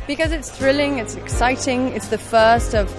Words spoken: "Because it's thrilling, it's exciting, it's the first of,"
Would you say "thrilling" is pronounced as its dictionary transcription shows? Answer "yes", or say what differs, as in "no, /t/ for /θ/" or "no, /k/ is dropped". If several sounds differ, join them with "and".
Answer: yes